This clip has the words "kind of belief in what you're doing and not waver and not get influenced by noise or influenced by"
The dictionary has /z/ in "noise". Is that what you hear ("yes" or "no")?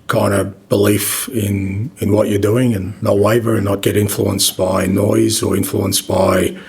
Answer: yes